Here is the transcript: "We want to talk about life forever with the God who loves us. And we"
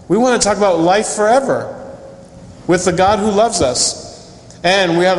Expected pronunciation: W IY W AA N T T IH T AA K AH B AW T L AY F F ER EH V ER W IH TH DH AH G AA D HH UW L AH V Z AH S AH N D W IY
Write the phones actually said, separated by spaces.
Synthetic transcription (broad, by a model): W IY W AA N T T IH T AA K AH B AW T L AY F F ER EH V ER W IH DH AH G AA D HH UW L AH V Z AH S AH N W IY